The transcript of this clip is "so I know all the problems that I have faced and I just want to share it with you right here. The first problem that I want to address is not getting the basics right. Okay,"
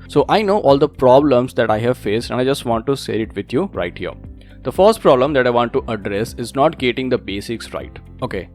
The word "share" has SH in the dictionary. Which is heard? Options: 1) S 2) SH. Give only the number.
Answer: 1